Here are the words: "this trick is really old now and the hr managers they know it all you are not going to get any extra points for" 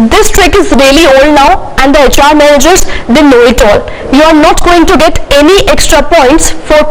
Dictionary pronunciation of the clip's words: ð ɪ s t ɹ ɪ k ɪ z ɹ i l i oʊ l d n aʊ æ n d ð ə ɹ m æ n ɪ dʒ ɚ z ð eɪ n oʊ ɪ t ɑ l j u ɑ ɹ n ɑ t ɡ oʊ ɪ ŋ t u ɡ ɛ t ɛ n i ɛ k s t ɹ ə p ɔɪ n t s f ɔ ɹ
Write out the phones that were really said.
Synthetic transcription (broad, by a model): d ɪ s t ɹ ɪ k ɪ z ɹ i l i oʊ l d n aʊ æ n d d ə ɹ m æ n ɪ dʒ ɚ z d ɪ n oʊ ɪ t ɑ l j u ɑ ɹ n ɑ t ɡ oʊ ɪ ŋ t u ɡ ɛ t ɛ n i ɛ k s t ɹ ə p ɔɪ n t s f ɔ ɹ